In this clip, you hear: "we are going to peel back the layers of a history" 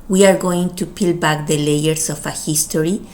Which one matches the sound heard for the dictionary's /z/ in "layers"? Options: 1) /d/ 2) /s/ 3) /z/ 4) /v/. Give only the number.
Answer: 2